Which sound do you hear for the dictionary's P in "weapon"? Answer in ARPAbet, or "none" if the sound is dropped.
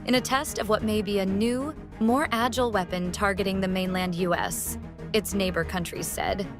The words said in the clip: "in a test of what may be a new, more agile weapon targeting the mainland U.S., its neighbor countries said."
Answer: P